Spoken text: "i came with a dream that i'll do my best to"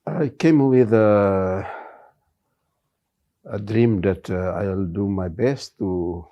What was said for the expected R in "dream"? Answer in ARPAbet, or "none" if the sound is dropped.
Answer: R